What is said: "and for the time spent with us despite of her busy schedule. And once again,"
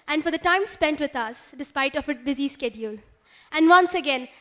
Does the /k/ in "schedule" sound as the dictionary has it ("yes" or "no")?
yes